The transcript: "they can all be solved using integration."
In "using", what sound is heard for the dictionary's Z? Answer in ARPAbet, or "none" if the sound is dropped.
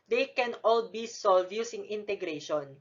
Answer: S